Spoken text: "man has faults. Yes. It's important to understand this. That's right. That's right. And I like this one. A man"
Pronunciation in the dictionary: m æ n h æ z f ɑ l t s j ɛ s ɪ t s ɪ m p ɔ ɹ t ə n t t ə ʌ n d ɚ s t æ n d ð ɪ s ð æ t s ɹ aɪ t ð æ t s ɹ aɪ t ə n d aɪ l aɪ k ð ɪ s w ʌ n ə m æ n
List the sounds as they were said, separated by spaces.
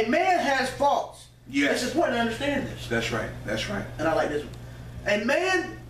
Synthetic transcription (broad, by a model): m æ n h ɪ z f ɑ l t s j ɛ ɪ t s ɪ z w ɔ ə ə ʌ n d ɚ s t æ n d ð ɪ s ð æ t s ɹ aɪ t ð æ t s ɹ aɪ t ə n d aɪ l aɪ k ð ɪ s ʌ ə m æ n